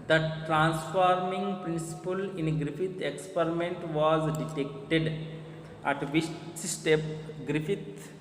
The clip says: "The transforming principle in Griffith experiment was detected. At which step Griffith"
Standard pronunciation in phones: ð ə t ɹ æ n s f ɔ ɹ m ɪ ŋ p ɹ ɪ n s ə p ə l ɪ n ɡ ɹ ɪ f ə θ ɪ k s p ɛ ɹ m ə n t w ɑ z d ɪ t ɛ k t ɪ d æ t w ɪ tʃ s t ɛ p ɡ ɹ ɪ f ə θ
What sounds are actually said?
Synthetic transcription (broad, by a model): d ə t ɹ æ n s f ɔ ɹ m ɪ ŋ p ɹ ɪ n s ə p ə l ɪ n ɡ ɹ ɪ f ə t ɪ k s p ɛ ɹ m ə n t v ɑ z d ɪ t ɛ k t ɪ d æ t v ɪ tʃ s t ɛ p ɡ ɹ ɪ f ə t